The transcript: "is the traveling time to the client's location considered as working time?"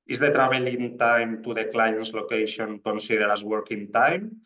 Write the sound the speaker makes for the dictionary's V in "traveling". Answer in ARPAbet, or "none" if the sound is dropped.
B